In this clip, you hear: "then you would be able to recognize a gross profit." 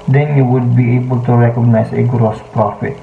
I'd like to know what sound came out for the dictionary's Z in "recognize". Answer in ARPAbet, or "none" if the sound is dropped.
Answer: S